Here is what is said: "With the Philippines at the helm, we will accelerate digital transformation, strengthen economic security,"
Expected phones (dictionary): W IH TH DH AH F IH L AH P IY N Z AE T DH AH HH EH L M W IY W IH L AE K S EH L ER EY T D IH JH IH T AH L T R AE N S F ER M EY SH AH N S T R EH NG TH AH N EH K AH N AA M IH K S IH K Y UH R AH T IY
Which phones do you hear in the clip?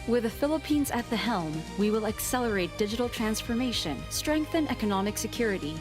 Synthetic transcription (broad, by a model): W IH DH AH F IH L AH P IY N Z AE T DH AH HH EH L M W IY W IH L AE K S EH L ER EY T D IH JH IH T L T R AE N S F ER M EY SH AH N S T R EH NG TH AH N EH K AH N AA M IH K S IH K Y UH R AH T IY